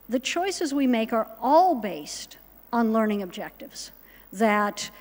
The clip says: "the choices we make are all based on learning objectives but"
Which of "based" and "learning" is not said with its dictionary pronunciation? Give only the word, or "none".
none